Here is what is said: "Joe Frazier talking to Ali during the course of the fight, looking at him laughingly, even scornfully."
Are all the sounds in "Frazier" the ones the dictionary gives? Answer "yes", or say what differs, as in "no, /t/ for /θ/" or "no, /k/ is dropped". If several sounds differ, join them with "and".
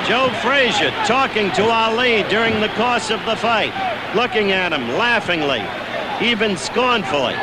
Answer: yes